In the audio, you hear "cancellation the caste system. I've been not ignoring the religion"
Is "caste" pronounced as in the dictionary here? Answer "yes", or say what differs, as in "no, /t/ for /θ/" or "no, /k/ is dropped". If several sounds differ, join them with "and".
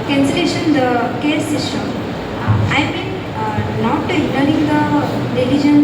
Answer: no, /s/ is dropped